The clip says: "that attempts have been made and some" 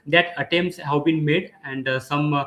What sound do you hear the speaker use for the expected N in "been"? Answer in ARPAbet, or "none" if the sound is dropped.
N